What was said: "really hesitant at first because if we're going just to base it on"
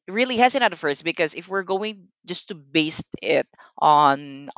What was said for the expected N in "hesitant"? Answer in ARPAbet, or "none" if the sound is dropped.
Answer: none